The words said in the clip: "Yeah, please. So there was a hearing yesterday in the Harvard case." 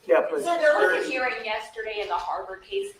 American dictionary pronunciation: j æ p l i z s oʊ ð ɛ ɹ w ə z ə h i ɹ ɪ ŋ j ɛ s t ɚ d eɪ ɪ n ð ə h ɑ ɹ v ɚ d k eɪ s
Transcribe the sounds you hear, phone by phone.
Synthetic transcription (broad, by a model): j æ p ʌ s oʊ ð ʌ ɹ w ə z ə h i ɹ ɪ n j ɛ s t ɚ d eɪ ɪ n ð ə h ɑ ɹ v ɚ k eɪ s